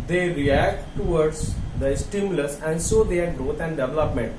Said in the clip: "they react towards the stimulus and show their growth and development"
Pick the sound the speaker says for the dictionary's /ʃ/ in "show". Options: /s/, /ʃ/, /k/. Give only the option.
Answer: /s/